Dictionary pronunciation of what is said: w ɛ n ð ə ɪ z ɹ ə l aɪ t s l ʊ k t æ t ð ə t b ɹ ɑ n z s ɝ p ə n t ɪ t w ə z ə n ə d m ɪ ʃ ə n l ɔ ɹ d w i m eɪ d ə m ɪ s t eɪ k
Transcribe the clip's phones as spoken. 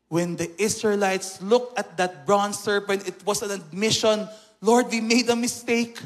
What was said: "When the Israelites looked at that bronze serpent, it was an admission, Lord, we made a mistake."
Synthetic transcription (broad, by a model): w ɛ n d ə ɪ s ɹ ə l aɪ t s l ʊ k t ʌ t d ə t b ɹ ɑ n s ɝ p ə n t ɪ t w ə s ə n ə d m ɪ ʃ ə n l ɔ ɹ d w i m eɪ d ə m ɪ s t eɪ k